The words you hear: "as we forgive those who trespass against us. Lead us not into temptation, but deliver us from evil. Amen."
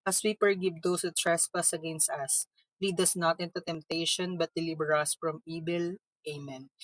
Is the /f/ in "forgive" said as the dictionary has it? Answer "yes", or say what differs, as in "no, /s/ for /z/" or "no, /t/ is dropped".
no, /p/ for /f/